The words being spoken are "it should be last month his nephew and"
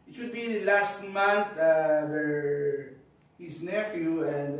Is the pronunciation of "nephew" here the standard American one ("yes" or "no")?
yes